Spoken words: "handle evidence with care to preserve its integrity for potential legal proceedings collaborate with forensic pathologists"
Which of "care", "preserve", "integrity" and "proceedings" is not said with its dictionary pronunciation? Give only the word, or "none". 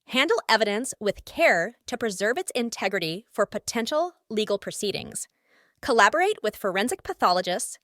none